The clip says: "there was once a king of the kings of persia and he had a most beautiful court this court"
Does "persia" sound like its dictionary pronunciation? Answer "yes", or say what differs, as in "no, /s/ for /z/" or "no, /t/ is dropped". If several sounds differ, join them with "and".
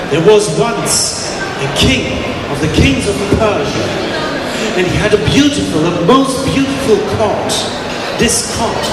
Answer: yes